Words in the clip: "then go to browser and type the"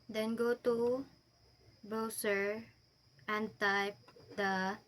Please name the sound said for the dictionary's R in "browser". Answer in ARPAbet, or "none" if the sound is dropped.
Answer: none